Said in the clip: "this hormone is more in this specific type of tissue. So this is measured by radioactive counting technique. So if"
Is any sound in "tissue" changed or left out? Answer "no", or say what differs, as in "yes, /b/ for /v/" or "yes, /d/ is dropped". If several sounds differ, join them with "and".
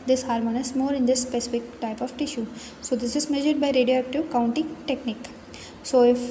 no